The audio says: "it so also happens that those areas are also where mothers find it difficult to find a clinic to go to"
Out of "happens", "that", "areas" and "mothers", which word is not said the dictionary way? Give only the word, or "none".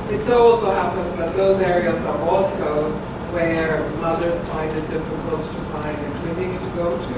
none